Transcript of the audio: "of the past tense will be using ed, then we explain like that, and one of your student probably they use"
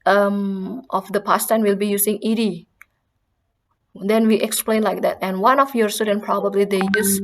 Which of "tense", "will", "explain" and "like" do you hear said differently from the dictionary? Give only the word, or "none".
tense